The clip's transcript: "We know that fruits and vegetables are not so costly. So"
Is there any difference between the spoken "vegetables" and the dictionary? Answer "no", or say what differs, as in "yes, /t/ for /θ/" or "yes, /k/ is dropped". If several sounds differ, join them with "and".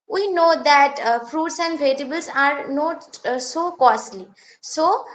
yes, /dʒ/ is dropped